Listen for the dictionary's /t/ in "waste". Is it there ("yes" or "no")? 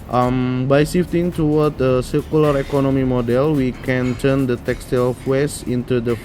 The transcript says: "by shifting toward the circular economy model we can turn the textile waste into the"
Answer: no